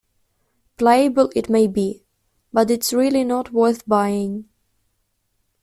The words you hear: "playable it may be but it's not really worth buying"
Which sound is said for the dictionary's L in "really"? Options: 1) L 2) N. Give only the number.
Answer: 2